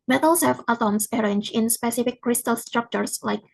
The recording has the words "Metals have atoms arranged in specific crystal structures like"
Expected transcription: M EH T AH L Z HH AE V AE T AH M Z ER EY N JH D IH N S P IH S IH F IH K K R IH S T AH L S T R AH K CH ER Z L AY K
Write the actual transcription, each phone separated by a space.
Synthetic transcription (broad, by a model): M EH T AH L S HH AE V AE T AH M S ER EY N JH IH N S P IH S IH F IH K K R IH S T AH L S T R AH K CH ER S L AY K